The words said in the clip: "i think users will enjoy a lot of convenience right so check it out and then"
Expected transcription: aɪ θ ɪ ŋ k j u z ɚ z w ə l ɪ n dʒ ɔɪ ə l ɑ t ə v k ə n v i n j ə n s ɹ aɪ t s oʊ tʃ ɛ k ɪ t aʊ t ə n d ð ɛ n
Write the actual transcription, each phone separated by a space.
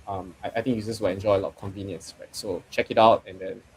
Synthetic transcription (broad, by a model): aɪ t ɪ ŋ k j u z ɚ s w ə l ɪ n dʒ ɔɪ ə l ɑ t k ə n v i n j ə n s ɹ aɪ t s oʊ tʃ ɛ k ɪ t aʊ t ə n d ɛ n